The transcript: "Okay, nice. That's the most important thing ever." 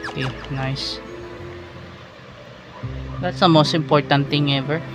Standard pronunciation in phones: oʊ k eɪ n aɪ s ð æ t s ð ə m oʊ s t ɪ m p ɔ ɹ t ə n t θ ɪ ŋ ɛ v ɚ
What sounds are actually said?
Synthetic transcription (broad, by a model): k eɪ n aɪ s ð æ t s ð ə m oʊ s t ɪ m p ɔ ɹ t ə n t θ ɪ ŋ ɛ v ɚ